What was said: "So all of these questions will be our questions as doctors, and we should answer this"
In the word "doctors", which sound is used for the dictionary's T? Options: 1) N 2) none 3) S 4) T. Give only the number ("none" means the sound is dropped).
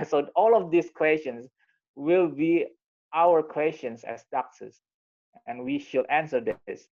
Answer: 3